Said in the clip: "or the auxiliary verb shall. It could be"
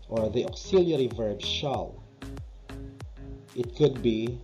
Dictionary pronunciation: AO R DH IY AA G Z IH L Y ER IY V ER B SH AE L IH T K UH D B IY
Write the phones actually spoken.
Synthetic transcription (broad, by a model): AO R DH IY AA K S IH L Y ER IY V ER B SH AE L IH T K UH D B IY